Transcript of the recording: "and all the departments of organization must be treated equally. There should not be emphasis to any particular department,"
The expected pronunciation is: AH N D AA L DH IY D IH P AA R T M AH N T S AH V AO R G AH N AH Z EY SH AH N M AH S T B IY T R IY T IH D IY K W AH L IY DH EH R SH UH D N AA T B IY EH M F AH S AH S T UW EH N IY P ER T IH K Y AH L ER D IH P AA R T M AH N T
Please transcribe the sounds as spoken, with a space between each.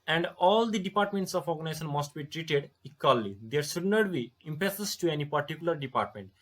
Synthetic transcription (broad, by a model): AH N D AA L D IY D IH P AA R T M AH N T S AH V AO R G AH N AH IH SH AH N M AH S T B IY T R IY T IH D IY K W AH L IY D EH R SH UH D N AA T B IY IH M P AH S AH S T UW EH N IY P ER T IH K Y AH L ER D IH P AA R T M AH N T